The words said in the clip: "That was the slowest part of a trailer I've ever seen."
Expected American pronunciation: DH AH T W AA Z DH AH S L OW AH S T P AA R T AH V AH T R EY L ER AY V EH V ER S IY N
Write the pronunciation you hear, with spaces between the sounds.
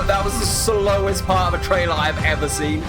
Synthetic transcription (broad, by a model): DH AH T W AA Z DH AH S L OW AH S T P AA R T AH V AH T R EY L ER AY V EH V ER S IY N